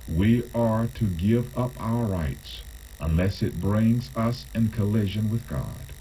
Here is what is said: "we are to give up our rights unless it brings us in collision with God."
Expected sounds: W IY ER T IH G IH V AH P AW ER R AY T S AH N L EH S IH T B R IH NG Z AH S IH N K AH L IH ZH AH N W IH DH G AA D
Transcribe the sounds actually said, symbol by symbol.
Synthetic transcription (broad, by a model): W IY ER T IH G IH V AH P AW ER R AY T S AH N L EH S IH T B R IH NG Z AH S IH N K AH L IH ZH AH N W IH DH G AA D